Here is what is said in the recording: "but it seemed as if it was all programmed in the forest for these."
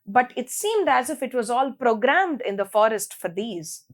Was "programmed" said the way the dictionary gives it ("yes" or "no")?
yes